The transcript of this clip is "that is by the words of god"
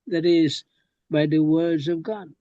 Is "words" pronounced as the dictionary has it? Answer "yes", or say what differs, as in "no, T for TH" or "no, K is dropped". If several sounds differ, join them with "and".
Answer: yes